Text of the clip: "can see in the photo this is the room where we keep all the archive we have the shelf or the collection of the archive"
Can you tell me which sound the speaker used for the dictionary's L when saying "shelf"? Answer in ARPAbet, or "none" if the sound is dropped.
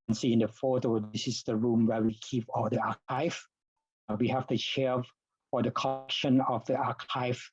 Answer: none